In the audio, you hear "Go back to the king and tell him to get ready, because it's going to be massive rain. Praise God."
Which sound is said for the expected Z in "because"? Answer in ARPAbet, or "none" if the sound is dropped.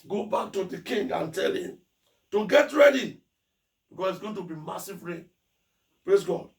S